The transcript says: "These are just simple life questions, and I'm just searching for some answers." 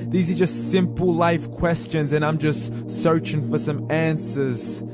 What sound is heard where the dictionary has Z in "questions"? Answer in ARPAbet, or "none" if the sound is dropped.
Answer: Z